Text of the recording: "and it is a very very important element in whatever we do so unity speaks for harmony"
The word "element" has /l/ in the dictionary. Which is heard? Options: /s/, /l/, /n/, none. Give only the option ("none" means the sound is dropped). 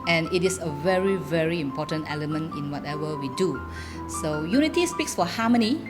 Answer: /l/